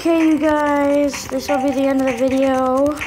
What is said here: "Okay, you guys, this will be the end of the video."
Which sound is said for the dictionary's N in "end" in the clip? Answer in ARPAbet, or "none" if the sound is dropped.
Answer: N